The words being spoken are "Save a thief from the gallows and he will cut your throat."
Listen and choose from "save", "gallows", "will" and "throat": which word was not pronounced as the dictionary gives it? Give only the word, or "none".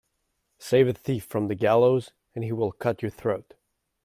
none